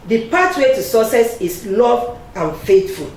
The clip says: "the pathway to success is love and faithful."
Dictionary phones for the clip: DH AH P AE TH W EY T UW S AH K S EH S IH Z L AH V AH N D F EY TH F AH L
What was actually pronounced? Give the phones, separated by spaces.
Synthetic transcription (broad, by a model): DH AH P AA T W EY T UW S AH S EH S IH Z L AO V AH N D F EY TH F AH L